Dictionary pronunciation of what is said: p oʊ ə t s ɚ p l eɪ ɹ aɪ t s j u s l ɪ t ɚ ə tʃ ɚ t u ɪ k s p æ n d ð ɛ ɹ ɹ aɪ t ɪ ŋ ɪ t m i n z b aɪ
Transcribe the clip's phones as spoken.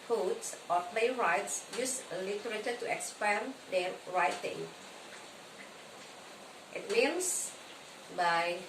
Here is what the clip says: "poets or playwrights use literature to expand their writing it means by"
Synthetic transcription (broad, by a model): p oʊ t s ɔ p l eɪ ɹ aɪ t s j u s l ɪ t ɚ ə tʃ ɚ t u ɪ k s p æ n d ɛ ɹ ɹ aɪ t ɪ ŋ ɪ t m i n s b aɪ